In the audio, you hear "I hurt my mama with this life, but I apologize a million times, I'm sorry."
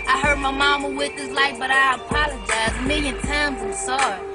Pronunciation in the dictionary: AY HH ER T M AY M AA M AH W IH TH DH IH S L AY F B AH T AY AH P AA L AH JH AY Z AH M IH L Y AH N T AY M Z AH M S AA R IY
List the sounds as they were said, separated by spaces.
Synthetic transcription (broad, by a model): AY HH ER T M AY M AA M AH W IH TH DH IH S L AY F B AH T AY AH P AA L AH JH AY Z M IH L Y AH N T AY M Z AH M S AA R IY